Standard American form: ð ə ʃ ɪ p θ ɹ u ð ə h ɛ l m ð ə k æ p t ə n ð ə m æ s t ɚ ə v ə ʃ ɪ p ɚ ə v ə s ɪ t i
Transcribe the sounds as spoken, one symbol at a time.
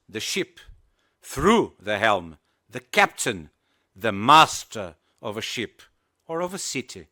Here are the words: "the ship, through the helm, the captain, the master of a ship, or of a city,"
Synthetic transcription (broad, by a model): ð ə ʃ ɪ p θ ɹ u ð ə h ɛ l m ð ə k æ p t ə n ð ə m æ s t ɚ ə v ə ʃ ɪ p ɚ ə v ə s ɪ t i